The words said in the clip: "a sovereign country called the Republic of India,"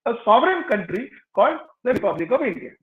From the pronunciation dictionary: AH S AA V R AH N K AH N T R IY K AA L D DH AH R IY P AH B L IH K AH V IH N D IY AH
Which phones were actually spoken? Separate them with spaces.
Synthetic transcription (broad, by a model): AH S AA V R AH N K AH N T R IY K AA L D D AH R IY P AH B L IH K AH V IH N D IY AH